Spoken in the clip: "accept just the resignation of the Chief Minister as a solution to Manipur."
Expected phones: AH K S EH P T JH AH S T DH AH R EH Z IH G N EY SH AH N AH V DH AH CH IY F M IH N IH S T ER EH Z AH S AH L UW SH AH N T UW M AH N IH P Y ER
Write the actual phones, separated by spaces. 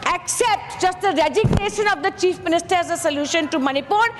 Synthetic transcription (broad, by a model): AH K S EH P T JH AH S T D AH R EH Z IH G N EY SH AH N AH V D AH CH IY F M IH N IH S T ER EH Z AH S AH L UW SH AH N T UW M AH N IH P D